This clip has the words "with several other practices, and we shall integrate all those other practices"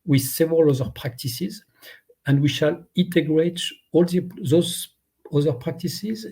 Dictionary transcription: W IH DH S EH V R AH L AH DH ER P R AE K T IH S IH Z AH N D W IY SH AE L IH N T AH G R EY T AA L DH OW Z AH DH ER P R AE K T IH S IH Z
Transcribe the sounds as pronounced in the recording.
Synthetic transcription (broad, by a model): W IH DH S EH V R AH L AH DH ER P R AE K T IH S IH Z AH N D W IY SH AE L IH N T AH G R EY T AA L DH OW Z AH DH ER P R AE K T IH S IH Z